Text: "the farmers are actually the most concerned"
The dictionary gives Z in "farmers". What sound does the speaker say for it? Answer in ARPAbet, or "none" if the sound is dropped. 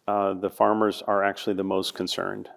Z